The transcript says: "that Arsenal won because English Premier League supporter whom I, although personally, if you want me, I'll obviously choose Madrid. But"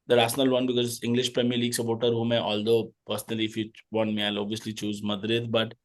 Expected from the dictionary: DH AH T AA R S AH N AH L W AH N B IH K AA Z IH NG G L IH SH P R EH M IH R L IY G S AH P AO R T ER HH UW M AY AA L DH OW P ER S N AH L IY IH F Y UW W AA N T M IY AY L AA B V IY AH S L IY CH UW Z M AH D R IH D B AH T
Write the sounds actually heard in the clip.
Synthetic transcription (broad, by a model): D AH T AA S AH N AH L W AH N B IH K AA Z IH NG G L IH SH P R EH M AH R L IY G S AH P AO R T ER HH UW M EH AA L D OW P ER S N AH L IY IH F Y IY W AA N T M IY AY L AA B V IY AH S L IY CH UW Z M AH D R IH D B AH T